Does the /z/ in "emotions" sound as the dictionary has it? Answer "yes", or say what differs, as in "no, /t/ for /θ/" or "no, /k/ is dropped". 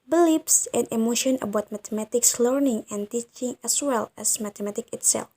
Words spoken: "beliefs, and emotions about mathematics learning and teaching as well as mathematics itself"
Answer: no, /z/ is dropped